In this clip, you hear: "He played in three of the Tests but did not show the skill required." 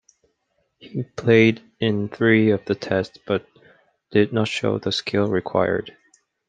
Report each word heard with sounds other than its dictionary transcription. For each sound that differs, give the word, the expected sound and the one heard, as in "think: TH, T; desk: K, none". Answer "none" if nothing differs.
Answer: none